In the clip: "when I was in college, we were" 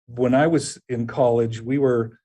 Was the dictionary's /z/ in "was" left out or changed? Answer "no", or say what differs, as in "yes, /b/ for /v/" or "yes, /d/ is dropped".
no